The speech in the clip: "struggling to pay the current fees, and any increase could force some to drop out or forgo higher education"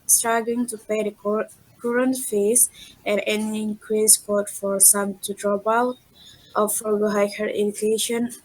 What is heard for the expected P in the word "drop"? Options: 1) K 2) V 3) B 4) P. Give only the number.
3